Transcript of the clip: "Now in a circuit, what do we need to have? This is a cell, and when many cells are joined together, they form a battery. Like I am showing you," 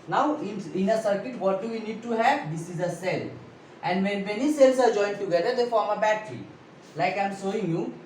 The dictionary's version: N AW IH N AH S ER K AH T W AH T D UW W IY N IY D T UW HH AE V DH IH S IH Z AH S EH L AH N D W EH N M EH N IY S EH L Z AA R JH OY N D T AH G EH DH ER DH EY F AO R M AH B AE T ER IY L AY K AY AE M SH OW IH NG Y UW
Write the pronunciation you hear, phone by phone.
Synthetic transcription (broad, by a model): N AW IH N AH S ER K AH T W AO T D UW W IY N IY D T UW HH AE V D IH S IH Z AH S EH L AH N D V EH N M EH N IY S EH L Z AA R JH OY N D T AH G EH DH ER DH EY F AO R M AH B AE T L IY L AY K AY M S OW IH NG Y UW